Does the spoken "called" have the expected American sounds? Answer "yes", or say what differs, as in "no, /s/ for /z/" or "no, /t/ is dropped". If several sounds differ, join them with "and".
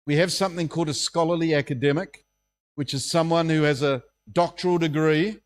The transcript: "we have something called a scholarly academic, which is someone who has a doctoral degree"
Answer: yes